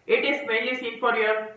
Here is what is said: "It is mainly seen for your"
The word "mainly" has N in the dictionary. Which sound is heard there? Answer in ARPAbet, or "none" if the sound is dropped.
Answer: none